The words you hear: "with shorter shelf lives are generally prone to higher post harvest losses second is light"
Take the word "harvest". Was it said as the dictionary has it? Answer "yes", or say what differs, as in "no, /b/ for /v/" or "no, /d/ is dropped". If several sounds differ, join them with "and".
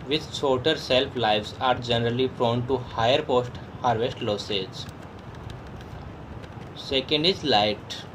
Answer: yes